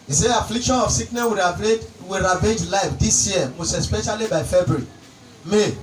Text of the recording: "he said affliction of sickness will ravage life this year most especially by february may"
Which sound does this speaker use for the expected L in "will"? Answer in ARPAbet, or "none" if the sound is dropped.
W